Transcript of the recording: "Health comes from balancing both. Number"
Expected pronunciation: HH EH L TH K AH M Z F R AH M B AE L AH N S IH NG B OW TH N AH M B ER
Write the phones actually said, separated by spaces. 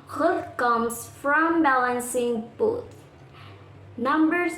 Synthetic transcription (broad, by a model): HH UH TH K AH M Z F R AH M B AE L AH N S IH NG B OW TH N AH M B ER